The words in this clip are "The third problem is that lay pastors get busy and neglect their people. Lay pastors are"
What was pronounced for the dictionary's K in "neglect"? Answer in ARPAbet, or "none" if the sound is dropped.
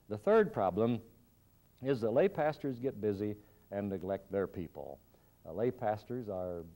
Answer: K